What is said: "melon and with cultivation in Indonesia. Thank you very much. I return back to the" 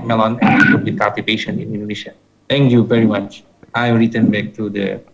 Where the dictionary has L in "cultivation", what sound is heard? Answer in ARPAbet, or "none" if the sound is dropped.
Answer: none